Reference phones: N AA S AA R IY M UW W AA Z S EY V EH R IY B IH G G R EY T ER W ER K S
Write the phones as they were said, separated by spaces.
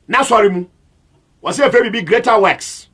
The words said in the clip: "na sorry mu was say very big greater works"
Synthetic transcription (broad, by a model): N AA S AA R IY M UW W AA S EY F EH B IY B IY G G R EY T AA W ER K S